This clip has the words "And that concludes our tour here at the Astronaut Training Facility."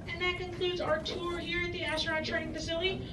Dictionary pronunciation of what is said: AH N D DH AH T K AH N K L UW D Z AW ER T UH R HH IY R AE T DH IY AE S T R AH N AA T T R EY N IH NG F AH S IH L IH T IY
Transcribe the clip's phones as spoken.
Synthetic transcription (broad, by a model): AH N DH AH T K AH N K L UW D Z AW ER T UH R HH IY R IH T DH IY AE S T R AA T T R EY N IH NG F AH S IH L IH T IY